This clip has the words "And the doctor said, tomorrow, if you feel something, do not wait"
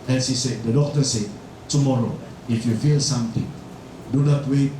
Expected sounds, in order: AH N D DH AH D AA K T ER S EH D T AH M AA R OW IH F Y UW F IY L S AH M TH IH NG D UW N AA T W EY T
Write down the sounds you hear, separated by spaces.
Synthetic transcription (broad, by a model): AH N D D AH D AA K T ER S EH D T AH M AA R OW IH F Y UW F IY L S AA M T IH NG D UW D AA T W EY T